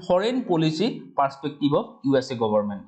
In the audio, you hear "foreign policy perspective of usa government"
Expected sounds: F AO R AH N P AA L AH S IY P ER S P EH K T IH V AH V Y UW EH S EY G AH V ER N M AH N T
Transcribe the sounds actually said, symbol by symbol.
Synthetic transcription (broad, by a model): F AO R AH N P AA L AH S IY P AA S P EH K T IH B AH B Y UW EH S EY G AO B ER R M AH N T